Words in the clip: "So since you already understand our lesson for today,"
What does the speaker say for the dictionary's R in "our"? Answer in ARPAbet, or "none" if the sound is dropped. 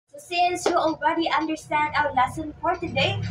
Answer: W